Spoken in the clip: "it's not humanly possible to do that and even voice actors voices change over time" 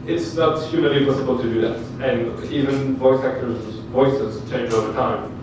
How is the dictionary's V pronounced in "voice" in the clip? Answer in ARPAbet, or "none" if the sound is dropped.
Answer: V